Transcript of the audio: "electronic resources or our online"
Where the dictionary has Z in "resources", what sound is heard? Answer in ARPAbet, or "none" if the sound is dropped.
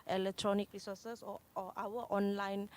none